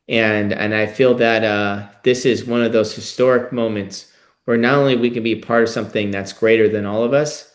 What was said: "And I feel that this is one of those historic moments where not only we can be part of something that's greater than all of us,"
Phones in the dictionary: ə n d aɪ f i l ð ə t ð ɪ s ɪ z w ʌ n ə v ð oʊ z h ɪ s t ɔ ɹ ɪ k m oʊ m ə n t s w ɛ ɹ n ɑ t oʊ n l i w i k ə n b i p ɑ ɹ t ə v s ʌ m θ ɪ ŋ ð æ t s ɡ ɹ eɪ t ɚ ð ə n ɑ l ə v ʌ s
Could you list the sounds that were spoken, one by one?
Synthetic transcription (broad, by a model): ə n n aɪ f i l ð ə t ð ɪ s ɪ z w ʌ n ə v ð oʊ z h ɪ s t ɔ ɹ ɪ k m oʊ m ə n t s w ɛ ɹ n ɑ t oʊ n l i w i k ə n b i p ɑ ɹ t ə v s ʌ m θ ɪ ŋ ð æ t s ɡ ɹ eɪ t ɚ ð ə n ɑ l ə v ʌ s